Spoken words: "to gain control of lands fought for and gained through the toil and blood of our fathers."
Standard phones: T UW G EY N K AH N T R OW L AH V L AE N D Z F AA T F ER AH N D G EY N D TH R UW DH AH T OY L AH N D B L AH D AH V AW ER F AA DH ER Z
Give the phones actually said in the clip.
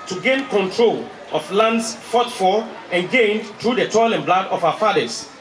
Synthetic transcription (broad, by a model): T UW G EY N K AH N T R OW L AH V L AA N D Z F AA T F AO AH N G EY N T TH R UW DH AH T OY L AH N B L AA D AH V AW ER F AA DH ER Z